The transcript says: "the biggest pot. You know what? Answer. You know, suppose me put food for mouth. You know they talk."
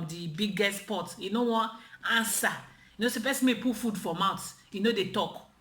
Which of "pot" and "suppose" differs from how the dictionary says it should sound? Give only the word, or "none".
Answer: suppose